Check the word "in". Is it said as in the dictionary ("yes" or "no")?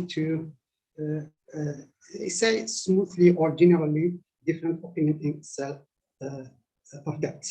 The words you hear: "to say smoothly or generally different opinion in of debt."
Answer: no